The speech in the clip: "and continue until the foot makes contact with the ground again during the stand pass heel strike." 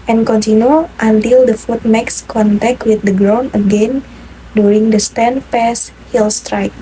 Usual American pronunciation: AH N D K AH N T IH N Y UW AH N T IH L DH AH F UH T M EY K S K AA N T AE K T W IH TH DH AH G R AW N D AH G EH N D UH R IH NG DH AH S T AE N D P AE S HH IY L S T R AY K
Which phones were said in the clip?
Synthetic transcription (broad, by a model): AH N K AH N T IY N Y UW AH N T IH L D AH F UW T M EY K S K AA N T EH K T W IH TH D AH G R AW N AH G EH N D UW R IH NG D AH S T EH N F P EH S HH IY L S T R AY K